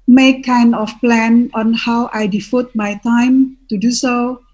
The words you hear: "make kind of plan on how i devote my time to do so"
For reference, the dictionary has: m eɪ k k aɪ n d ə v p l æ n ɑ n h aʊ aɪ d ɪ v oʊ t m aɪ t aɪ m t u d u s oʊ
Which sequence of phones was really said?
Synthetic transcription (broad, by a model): m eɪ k k aɪ n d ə f p l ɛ n ɑ n h aʊ aɪ d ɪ f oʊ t m aɪ t aɪ m t u d u s oʊ